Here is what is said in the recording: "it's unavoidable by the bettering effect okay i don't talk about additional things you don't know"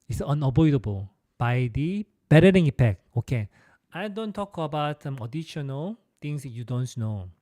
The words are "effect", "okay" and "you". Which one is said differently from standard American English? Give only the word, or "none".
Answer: effect